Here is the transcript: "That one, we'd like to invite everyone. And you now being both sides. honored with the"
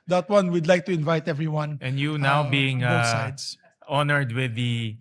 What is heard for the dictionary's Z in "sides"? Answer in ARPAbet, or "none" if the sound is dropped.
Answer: S